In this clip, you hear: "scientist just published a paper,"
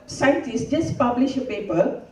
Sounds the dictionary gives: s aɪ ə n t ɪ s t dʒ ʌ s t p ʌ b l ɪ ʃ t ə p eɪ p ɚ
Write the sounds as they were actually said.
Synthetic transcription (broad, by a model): s aɪ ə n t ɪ s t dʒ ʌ s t p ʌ b l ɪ ʃ ə p eɪ p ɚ